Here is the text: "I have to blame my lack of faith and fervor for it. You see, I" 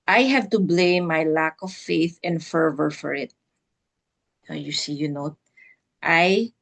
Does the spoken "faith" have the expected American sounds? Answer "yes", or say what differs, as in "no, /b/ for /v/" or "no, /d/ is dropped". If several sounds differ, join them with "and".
yes